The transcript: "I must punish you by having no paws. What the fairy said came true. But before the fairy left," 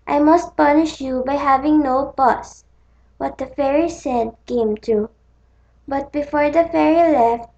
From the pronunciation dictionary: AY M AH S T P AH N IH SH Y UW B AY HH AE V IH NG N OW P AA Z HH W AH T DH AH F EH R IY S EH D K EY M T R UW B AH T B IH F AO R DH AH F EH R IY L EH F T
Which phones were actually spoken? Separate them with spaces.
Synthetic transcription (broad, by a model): AY M AH S T P AH N IH SH Y UW B AY HH AE V IH NG N OW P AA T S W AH T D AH F EH R IY S EH D K EY M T UW B AH T B IH F AO R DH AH F EH R IY L EH F T